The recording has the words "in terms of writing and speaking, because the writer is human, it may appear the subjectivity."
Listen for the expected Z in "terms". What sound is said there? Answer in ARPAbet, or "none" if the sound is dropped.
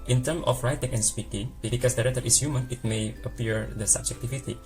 none